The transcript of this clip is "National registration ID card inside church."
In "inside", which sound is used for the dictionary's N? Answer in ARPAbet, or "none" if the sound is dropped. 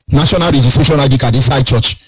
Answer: none